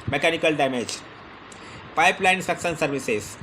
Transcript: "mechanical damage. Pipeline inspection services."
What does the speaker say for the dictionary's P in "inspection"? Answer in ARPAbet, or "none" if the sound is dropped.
none